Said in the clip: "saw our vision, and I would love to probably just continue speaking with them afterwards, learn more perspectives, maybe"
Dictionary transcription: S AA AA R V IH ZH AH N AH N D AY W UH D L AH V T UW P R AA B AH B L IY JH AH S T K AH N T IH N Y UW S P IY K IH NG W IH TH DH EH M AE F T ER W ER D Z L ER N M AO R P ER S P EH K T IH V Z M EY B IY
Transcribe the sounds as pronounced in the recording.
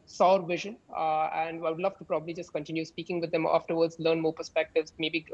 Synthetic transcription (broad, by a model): S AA AA R V IH ZH AH N AH N D AY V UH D L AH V T UW P R AA B AH B L IY JH AH S T K AH N T IH N Y UW S P IY K IH NG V IH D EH M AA F T ER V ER D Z L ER N M AO R P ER S P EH K T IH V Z M EY B IY